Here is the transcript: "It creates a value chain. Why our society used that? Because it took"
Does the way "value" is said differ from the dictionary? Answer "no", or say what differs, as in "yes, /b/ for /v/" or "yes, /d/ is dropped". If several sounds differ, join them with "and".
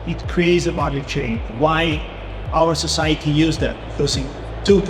yes, /b/ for /v/